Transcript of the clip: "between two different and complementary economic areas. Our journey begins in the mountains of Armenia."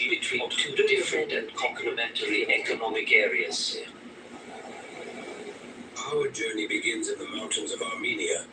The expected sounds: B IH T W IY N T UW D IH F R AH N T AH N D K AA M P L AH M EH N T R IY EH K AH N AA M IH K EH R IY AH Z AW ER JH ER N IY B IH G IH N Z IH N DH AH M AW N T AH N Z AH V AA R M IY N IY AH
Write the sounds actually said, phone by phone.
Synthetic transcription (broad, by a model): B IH T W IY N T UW D IH F R AH N T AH N K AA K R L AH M EH N T L IY EH K AH N AA M IH K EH R IY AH S AW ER JH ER N IY B IH G IH N Z IH N DH AH M AW N T AH N Z AH V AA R M IY N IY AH